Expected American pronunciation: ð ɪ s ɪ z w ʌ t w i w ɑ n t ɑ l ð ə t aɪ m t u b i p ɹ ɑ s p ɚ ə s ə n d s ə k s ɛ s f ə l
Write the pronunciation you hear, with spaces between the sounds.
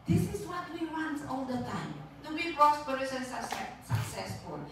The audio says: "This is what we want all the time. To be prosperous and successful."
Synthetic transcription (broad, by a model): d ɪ s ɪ s w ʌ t w i w ɑ n t ɑ l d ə t aɪ m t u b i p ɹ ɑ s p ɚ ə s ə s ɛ s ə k s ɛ s f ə l